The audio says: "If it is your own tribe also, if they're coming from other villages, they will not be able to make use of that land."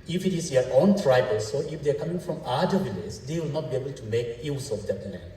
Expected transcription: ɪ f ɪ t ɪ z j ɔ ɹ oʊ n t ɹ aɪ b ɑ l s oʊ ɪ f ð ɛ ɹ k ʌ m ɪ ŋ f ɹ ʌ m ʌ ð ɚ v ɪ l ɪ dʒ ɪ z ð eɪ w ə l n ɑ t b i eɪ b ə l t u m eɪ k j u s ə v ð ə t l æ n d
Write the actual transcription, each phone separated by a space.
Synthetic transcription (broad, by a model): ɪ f ɪ t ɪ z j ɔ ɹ oʊ n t ɹ aɪ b ɑ l s oʊ ɪ f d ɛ k ʌ m ɪ ŋ f ɹ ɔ m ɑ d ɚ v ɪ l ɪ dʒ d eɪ w ə l n ɑ t b i eɪ b ə l t u m eɪ k j u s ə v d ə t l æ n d